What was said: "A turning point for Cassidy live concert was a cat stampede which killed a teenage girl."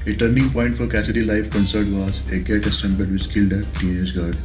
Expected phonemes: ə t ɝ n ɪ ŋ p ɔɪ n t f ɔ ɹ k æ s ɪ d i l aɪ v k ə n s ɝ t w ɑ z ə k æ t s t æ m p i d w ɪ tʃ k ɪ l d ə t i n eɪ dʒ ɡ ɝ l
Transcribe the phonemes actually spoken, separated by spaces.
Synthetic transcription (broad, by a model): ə t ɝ n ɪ ŋ p ɔɪ n t f ɔ ɹ k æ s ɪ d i l aɪ f k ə n s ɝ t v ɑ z ə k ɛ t s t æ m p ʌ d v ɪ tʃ k ɪ l d ə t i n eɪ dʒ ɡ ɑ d